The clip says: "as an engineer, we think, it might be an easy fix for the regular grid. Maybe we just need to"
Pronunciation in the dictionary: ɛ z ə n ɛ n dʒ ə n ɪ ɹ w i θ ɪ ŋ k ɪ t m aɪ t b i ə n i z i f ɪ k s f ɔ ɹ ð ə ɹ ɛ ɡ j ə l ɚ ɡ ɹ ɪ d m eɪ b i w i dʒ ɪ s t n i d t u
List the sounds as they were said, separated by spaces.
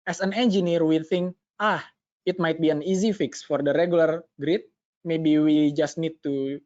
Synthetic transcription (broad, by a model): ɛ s ə n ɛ n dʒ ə n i ɹ w i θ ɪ ŋ k ɪ t m aɪ t b i ə n i z i f ɪ k s f ɔ ɹ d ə ɹ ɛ ɡ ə l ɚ ɡ ɹ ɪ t m eɪ b i w i dʒ ɪ s t n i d t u